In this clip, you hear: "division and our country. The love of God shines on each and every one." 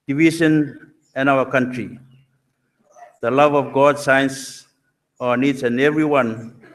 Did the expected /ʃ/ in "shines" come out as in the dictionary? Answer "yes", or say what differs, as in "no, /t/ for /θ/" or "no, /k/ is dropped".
no, /s/ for /ʃ/